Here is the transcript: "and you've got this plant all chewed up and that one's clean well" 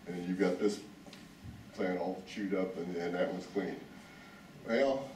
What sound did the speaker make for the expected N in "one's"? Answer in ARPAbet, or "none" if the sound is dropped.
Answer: none